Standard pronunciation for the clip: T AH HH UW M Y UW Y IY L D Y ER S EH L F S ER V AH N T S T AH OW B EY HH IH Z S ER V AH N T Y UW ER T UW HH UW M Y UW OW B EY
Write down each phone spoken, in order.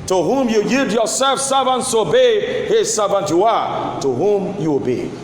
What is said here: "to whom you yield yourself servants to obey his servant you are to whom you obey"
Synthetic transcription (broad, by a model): T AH HH UW M Y UW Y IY D Y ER S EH L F S ER V AH N T S T AH OW B EY HH IH Z S ER V AH N T Y UW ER T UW HH UW M Y UW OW B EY